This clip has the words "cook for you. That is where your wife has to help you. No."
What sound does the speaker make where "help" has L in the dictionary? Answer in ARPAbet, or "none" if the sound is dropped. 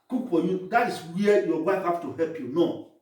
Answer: L